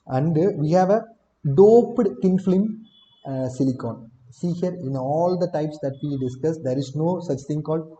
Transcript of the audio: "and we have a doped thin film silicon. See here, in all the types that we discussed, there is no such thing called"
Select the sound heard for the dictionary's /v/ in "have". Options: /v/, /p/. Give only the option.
/v/